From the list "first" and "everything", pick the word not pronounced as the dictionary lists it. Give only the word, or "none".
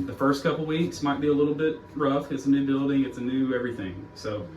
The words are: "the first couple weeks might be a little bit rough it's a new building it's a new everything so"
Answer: none